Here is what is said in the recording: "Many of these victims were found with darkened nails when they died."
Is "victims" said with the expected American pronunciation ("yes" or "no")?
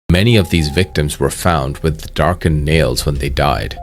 yes